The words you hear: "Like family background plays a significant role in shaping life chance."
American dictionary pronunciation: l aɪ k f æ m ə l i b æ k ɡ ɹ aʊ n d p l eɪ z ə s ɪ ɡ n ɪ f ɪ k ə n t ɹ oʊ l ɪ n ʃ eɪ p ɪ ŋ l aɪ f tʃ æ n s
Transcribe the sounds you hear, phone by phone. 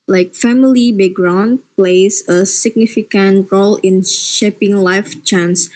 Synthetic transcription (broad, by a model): l aɪ k f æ m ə l i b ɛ ɡ ɹ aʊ n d p l eɪ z ə s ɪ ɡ n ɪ f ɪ k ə n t ɹ oʊ l ɪ n ʃ eɪ p ɪ ŋ l aɪ f tʃ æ n s